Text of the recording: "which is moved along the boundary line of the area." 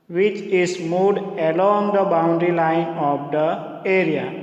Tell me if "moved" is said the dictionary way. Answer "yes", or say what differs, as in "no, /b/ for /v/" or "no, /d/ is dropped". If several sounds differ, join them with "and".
no, /v/ is dropped